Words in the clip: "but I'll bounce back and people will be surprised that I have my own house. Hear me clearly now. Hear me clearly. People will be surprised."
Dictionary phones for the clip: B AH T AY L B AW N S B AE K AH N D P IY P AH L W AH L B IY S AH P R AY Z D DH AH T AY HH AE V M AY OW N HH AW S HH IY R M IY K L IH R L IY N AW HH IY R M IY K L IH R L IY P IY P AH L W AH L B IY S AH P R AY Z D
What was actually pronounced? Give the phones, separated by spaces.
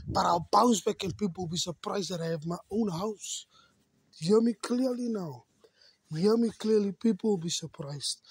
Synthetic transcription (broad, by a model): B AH T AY W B AW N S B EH K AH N P IY P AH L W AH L B IY S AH P R AY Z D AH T AY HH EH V M AY OW N HH AW S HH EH M IY K L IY L IY N AW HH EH M IY K L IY L IY P IY P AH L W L B IY S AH P R AY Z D